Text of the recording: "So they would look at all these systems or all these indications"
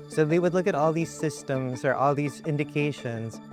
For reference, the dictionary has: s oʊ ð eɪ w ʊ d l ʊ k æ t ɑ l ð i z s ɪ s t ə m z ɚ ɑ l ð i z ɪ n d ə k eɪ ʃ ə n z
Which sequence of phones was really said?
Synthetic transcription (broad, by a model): s oʊ ð eɪ w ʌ d l ʊ k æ t ɑ l ð i z s ɪ s t ə m z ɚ ɑ l ð i z ɪ n d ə k eɪ ʃ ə n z